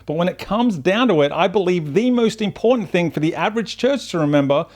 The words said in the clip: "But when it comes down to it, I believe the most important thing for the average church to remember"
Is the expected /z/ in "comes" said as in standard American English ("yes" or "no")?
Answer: yes